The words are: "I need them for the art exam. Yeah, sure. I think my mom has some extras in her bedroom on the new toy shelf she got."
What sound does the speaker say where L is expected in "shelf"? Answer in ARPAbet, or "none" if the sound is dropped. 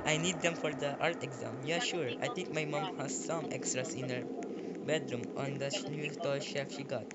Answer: none